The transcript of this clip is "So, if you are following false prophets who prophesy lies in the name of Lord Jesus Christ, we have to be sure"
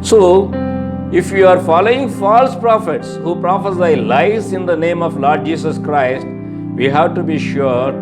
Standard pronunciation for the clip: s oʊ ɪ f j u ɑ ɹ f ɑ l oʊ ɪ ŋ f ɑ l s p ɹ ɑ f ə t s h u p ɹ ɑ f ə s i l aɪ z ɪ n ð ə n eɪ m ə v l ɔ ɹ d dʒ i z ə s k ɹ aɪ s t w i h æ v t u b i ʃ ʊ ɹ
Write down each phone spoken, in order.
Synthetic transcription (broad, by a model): s oʊ ɪ f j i ɑ ɹ f ɑ l oʊ ɪ ŋ f ɑ l s p ɹ ɑ f ə t s h u p ɹ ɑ f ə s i l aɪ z ɪ n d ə n eɪ m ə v l ɔ ɹ d dʒ i s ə s k ɹ aɪ s t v i h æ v t u b i ʃ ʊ ɹ